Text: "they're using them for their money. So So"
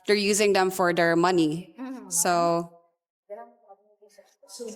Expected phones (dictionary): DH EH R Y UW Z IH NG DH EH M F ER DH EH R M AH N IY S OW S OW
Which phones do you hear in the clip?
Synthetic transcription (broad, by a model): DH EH R Y UW Z IH NG DH EH M F ER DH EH R M AH N IY S OW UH